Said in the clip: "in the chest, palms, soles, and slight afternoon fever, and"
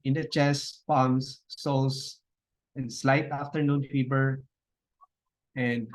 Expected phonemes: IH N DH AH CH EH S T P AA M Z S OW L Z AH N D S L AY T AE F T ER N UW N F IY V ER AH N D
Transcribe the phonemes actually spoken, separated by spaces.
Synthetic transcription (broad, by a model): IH N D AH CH EH S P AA M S S OW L S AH N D S L AY T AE F T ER N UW N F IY B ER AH N D